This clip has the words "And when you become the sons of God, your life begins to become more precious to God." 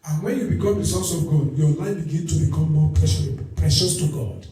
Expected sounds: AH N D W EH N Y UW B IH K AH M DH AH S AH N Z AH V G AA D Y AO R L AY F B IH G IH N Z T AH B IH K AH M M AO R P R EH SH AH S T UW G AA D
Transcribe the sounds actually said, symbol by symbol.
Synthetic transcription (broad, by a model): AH N W EH N Y UW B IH K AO M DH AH S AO N S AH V G AA D Y AO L AY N B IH G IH N T AH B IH K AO M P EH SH P R EH SH AH S T UW G AA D